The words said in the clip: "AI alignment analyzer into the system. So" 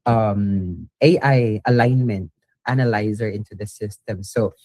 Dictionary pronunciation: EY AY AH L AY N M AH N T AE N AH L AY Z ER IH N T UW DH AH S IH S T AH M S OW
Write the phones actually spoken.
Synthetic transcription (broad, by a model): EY AY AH L AY N M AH N T AE N AH L AY Z ER IH N T UW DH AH S IH S T AH M S OW